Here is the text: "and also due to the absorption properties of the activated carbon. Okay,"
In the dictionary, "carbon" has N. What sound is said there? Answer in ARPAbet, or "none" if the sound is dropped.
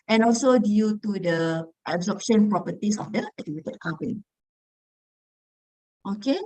none